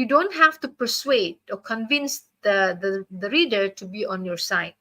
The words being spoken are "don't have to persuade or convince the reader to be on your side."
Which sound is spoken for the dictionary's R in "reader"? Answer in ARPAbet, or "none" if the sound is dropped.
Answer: R